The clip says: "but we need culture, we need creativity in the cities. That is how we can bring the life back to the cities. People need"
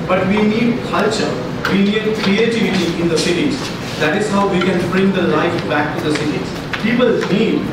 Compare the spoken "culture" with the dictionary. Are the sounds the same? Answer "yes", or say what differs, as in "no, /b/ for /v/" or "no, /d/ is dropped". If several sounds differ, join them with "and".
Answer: yes